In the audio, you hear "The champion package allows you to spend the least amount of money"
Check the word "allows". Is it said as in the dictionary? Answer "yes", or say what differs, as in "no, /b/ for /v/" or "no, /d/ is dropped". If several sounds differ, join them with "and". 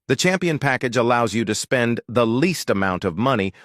yes